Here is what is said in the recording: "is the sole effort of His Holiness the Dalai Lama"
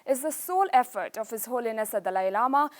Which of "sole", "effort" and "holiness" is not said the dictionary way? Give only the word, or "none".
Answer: none